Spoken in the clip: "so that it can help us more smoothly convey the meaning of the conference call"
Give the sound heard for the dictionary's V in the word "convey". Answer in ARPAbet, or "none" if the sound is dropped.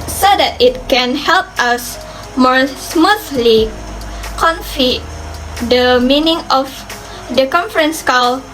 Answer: F